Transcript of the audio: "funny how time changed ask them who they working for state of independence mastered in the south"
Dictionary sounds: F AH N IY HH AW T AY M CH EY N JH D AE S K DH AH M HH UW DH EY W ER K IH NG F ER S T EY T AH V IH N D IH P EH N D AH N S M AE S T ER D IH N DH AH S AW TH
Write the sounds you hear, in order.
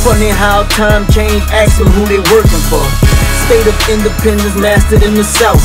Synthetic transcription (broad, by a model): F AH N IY HH AW T AY M CH EY N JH AE K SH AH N HH UW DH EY W ER K IH NG F ER S T EY T AH V IH N D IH P EH N D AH N M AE S T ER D IH N DH AH S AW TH